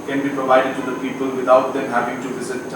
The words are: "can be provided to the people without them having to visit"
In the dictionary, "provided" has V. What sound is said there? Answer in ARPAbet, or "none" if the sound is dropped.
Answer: V